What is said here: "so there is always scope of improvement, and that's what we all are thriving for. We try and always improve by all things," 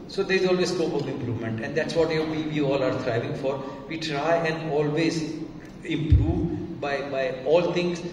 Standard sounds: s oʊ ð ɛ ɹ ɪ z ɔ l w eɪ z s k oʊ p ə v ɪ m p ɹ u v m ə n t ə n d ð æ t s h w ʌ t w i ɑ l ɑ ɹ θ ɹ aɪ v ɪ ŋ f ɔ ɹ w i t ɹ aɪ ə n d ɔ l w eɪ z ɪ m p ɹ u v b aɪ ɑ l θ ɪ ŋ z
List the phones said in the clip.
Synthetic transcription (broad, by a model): s oʊ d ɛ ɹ ɪ z ɔ l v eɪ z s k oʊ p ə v ɪ m p ɹ u v m ə n t ə n d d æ t s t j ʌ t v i ɑ l ɑ ɹ t ɹ aɪ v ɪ ŋ f ɔ ɹ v i t ɹ aɪ ə n d ɔ l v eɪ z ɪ m p ɹ u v b aɪ ɑ l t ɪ ŋ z